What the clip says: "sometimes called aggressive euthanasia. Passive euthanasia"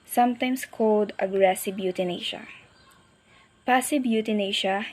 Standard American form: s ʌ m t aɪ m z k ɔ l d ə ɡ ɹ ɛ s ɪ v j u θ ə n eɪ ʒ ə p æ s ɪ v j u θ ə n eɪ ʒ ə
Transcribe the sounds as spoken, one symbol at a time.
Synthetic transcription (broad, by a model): s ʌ m t aɪ m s k ɔ l d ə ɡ ɹ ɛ s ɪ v j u t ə n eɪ ʃ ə p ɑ s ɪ b j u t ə n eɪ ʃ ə